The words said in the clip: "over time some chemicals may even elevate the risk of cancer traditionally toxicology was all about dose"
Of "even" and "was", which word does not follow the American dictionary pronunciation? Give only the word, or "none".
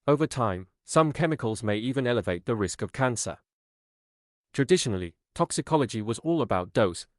none